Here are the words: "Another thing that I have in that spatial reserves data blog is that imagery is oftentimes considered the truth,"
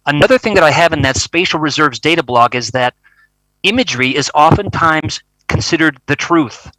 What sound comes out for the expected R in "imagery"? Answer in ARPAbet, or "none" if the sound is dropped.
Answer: R